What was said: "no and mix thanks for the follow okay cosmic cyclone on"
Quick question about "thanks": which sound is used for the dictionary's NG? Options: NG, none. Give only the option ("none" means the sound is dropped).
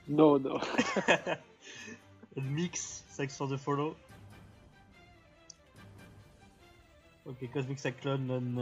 none